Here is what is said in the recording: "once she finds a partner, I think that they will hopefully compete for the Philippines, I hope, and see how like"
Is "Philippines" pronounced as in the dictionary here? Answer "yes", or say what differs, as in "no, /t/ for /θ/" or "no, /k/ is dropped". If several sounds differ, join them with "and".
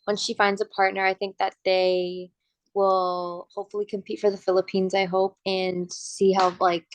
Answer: yes